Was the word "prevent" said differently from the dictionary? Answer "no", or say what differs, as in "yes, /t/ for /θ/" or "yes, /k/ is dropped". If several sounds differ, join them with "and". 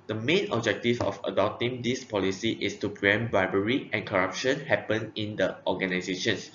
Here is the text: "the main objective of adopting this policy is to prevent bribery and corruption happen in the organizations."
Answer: yes, /v/ is dropped